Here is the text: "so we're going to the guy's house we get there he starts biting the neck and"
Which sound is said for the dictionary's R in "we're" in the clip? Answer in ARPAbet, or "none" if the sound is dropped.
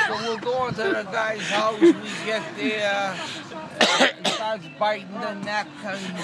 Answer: L